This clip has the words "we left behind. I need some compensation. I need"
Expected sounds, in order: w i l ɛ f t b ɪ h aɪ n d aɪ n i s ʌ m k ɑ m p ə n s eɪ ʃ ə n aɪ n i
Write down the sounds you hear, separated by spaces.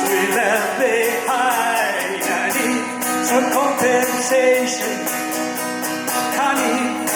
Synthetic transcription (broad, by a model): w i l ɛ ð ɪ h aɪ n aɪ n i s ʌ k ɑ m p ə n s eɪ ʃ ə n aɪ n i